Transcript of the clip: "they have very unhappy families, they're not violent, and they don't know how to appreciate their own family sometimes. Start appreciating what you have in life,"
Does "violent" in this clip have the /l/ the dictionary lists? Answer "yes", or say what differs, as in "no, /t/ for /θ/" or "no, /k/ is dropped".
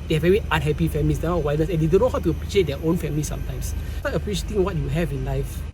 no, /n/ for /l/